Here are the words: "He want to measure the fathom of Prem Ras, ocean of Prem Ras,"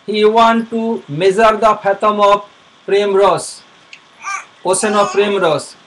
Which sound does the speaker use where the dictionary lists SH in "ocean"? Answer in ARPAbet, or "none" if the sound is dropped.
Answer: S